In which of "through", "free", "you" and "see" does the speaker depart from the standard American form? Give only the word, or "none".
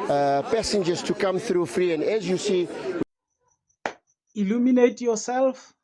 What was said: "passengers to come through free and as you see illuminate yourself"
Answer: none